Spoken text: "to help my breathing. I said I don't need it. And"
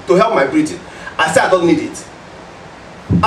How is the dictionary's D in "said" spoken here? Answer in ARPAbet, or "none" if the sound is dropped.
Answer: none